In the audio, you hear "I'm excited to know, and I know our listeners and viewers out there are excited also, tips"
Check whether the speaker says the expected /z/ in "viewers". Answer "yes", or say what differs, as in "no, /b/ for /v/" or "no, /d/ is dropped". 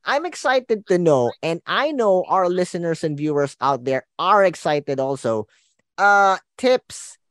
no, /s/ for /z/